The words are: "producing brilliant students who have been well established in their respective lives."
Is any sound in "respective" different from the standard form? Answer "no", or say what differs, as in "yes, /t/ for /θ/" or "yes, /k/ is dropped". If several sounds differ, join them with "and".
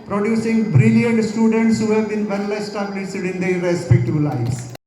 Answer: yes, /b/ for /v/